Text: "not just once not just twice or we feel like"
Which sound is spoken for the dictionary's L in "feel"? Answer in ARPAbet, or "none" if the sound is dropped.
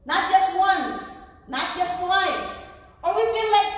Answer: N